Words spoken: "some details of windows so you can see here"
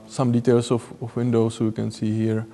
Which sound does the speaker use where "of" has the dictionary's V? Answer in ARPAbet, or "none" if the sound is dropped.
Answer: F